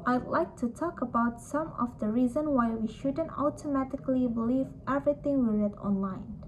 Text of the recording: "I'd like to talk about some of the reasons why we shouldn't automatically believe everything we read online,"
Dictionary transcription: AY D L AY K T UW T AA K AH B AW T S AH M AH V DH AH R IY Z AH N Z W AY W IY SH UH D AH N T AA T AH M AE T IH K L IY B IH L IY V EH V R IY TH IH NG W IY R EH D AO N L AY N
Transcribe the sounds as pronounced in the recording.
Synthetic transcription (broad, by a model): AY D L AY K T UW T AA K AH B AW T S AH M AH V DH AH R IY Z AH N W AY W IY SH UH D AH N T AA T AH M AE T IH K L IY B IH L IY V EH V R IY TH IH NG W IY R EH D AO N L AY N